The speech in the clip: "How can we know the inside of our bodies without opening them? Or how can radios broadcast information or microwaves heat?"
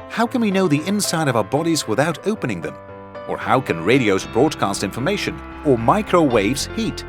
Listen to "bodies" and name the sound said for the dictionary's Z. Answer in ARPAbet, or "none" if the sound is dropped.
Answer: Z